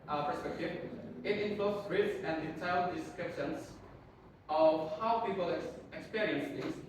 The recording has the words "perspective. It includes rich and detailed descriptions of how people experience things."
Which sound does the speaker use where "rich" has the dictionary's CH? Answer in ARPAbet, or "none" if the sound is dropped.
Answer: S